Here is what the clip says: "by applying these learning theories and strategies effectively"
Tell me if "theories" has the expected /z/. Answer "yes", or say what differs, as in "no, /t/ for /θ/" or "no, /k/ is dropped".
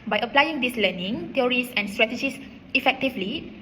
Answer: no, /s/ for /z/